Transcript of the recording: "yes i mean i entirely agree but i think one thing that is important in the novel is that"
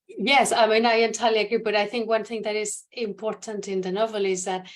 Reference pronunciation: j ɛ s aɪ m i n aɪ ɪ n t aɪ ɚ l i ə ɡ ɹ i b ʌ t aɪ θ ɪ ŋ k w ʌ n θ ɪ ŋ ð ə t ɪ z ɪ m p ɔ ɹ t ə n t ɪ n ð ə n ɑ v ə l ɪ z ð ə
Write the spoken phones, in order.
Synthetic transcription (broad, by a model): j ɛ s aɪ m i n aɪ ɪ n t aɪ l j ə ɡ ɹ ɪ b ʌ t aɪ θ ɪ ŋ k w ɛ n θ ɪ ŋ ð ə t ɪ s ɪ m p ɔ ɹ t ə n t ɪ n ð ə n ɑ v ə l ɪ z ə